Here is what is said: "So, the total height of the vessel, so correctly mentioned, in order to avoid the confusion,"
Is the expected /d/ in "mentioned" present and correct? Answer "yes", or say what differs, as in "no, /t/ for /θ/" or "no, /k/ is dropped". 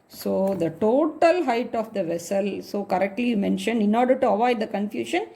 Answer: yes